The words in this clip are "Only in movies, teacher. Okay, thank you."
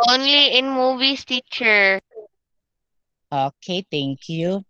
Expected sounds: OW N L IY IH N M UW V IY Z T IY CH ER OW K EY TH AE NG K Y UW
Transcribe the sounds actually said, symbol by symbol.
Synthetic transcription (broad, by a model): OW N L IY IH N M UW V IY S T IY CH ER OW K EY T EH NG K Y UW